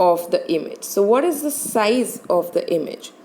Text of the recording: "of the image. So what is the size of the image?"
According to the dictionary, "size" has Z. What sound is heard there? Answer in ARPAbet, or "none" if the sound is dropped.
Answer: Z